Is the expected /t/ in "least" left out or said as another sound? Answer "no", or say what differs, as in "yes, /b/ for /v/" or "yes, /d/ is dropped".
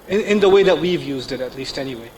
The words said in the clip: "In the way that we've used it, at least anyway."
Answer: no